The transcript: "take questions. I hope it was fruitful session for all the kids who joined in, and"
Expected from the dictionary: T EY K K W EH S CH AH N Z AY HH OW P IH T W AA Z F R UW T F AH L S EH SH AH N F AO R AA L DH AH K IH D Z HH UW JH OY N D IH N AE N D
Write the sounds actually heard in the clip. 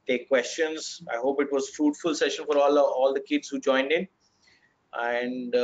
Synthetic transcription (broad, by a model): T EY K K W EH S CH AH N Z AY HH OW P IH T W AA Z F R UW T F AH L S EH SH AH N F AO R AA L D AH K IH D Z HH UW JH OY N D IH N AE N D